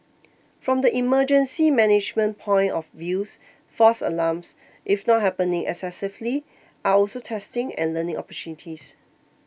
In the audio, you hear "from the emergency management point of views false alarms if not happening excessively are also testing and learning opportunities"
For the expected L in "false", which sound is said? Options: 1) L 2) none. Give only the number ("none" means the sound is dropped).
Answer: 2